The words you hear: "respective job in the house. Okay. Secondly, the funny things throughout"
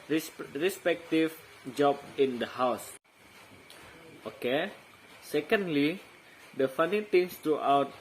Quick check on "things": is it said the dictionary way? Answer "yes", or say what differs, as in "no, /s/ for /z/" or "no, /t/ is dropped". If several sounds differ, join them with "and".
no, /t/ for /θ/